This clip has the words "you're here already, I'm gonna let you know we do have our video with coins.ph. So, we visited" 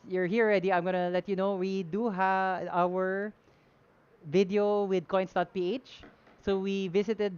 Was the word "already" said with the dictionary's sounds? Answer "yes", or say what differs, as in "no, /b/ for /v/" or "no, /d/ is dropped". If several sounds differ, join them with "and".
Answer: yes